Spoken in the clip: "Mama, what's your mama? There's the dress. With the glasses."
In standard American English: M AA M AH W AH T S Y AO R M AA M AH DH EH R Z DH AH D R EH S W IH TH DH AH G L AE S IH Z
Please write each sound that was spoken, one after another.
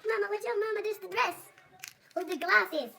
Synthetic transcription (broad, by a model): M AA M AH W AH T Y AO M AA M AH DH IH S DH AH D R EH S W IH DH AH G L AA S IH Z